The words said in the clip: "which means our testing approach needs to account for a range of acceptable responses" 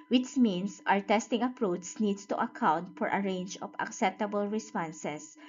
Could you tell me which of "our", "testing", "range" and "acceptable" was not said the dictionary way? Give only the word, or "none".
none